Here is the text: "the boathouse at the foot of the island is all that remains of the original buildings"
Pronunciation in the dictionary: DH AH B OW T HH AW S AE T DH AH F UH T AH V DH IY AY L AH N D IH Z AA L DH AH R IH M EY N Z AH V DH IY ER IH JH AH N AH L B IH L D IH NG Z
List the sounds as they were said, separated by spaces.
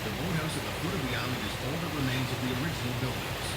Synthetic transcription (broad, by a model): DH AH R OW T HH AW S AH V DH AH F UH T AH V DH IY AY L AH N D IH Z AA L DH AH R IH M EY N Z AH V DH IY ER IH JH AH N L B IH L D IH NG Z